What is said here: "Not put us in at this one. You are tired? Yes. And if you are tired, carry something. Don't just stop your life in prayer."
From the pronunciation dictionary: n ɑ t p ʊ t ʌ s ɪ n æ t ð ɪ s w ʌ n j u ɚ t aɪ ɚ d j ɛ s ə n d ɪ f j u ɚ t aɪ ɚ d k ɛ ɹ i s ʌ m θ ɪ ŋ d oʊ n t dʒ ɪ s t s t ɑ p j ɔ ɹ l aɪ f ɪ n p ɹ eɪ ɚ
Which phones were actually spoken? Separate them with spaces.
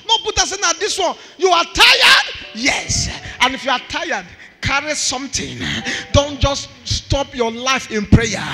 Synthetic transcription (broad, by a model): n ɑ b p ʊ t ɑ s ɪ n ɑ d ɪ s w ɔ n j u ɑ t aɪ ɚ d j ɛ s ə n ɪ f j u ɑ t aɪ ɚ d k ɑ ɹ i s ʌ m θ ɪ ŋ d oʊ n t dʒ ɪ s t s t ɑ p j ɔ l aɪ f ɪ n p ɹ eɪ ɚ